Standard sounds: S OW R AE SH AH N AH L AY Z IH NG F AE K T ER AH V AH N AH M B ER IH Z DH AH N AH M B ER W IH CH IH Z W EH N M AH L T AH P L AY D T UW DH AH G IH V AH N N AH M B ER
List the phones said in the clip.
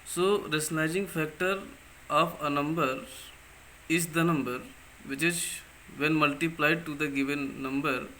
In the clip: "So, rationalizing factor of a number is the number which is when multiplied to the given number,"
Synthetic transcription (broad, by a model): S OW R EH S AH N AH IH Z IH NG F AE K T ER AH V AH N AH M B ER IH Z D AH N AH M B ER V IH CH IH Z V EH N M AH L T AH P L AY D T UW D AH G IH V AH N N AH M B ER